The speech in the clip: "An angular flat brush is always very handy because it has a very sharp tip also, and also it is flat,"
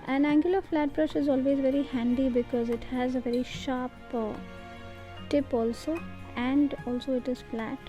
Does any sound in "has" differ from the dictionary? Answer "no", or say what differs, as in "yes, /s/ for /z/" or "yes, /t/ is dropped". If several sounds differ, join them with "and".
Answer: no